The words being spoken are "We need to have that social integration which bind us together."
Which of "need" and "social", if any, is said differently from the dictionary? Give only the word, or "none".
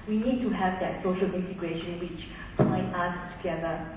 none